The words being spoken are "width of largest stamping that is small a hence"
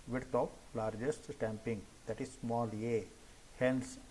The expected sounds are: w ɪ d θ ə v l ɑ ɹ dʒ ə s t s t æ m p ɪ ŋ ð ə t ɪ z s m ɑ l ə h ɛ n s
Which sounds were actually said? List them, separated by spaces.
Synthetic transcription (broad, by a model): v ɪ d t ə p l ɑ ɹ dʒ ə s t s t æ m p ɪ ŋ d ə t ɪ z s m ɑ l ə h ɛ n s